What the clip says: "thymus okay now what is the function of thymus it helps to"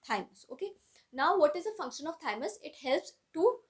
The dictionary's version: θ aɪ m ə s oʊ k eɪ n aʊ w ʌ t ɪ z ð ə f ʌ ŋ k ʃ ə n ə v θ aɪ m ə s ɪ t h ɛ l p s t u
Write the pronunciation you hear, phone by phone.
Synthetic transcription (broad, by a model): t aɪ m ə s oʊ k eɪ n aʊ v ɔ t ɪ z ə f ʌ ŋ k ʃ ə n ə v t aɪ m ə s ɪ t h ɛ l p s t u